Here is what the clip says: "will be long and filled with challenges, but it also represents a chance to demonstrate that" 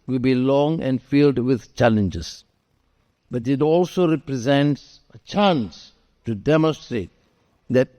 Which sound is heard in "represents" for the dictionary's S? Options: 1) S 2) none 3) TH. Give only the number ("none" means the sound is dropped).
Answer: 1